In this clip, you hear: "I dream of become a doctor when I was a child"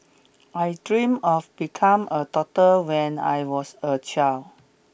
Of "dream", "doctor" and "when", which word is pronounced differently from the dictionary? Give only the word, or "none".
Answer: doctor